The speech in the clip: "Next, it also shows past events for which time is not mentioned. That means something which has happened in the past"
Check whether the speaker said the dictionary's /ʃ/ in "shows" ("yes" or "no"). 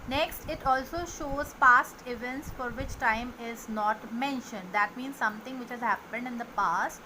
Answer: yes